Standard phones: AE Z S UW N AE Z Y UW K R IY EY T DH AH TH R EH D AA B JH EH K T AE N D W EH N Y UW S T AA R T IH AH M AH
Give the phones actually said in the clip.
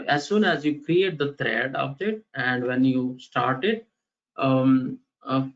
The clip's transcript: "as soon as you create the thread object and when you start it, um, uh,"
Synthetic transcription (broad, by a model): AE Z S UW N AE Z Y UW K R IY EY T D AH T R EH D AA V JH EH T AE N D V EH N Y UW S T AA R T IH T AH